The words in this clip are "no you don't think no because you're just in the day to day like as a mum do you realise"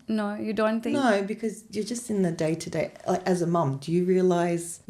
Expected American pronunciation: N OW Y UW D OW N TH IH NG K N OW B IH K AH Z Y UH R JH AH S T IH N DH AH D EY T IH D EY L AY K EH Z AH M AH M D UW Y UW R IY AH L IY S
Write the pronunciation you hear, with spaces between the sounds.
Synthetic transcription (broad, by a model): N OW Y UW D OW N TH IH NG N OW B IH K AH Z Y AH R JH AH S T IH N DH AH D EY T IH D EY L AY K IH Z AH M AH M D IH Y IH R IY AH L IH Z